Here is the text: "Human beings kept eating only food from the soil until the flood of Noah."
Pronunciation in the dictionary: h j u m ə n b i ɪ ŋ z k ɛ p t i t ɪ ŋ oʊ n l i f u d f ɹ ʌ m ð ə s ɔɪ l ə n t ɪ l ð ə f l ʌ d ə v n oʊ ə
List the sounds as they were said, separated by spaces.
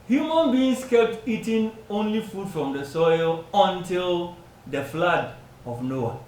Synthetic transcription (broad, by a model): h j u m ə n b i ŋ s k ɛ p t i t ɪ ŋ oʊ n l i f u d f ɹ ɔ m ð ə s ɔɪ l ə n t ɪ l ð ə f l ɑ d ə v n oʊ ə